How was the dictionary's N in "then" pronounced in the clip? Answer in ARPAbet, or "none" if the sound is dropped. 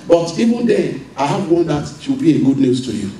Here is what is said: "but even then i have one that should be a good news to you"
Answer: none